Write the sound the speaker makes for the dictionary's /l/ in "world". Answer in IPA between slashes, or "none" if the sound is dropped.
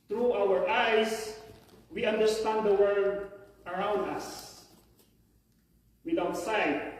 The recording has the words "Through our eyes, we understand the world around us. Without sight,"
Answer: none